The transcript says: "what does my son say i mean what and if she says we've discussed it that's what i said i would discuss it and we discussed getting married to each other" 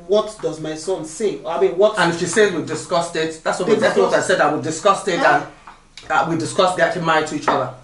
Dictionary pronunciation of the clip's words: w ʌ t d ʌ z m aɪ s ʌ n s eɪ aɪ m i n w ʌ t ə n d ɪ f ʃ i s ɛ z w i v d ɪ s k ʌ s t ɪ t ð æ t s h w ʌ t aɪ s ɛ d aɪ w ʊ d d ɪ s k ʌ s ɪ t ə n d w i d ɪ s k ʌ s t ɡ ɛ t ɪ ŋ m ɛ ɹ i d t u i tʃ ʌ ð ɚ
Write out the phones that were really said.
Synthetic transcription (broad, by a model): w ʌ t d ʌ z m aɪ s ʌ n s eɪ aɪ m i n w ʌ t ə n ɪ f ʃ i s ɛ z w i d ɪ s k ʌ s t ɪ t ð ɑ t s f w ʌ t aɪ s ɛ d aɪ w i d d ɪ s k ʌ s ɪ t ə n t w i d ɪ s k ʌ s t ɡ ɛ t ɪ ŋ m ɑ i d t u i tʃ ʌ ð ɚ